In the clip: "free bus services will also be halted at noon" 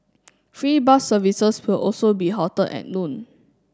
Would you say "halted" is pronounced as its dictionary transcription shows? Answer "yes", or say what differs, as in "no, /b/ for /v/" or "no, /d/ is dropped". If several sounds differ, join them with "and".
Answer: no, /l/ is dropped